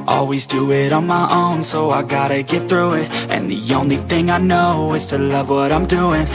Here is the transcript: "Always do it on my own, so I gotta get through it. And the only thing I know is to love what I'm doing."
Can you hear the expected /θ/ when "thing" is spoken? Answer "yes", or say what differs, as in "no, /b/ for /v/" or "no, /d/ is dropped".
yes